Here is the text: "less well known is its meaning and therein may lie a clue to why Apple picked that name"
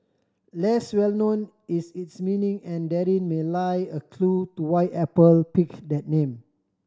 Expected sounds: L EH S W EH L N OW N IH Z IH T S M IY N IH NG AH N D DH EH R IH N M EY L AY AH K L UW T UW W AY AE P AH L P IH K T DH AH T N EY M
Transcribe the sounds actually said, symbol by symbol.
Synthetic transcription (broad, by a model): L EH S W EH L N OW N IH S IH T S M IY N IH NG AH N D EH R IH N M EY L AY AH K L UW T UW W AY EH P AH L P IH K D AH T N EY M